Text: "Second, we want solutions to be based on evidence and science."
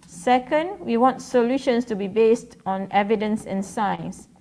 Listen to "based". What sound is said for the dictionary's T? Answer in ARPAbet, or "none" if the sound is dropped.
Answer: T